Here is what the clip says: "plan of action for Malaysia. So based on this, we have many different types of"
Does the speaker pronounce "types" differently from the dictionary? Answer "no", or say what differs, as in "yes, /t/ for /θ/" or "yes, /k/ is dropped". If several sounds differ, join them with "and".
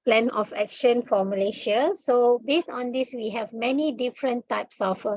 no